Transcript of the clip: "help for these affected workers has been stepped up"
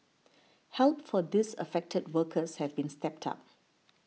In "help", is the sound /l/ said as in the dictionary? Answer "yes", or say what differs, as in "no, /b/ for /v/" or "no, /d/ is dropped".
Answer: yes